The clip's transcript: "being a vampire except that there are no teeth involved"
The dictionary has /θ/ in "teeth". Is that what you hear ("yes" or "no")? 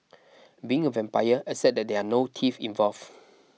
no